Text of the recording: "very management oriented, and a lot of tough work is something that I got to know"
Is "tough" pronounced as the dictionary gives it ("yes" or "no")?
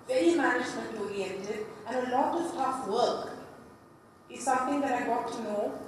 yes